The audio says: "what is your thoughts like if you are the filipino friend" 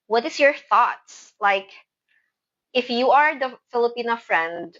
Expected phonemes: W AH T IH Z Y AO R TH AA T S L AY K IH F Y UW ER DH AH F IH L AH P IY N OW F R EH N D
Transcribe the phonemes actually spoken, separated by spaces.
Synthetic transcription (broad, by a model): W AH T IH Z Y AO R TH AA T S L AY K IH F Y UW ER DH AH F IH L AH P IY N OW F R EH N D